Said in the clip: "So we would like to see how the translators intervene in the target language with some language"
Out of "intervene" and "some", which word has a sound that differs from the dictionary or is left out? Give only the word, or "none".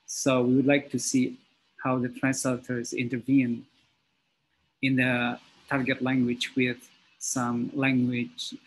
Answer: none